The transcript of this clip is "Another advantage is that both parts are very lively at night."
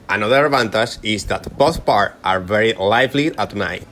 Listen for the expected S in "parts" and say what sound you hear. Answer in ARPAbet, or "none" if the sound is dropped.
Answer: none